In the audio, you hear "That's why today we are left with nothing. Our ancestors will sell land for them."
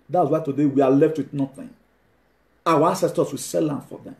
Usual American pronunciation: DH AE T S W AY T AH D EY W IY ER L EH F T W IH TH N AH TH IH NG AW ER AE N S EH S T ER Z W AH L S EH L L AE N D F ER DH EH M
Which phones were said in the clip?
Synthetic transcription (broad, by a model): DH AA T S W AY T AH D EY W IY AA L EH F T W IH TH N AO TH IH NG AW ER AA S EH S T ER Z W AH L S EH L L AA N F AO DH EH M